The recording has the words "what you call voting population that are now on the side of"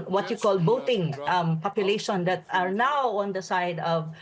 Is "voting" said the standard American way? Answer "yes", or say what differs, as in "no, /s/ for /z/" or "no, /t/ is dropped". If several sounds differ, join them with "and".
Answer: no, /b/ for /v/